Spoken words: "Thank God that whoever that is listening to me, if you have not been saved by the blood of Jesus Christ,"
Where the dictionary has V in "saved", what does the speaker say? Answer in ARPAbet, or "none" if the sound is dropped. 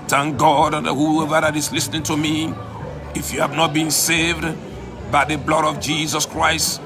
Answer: V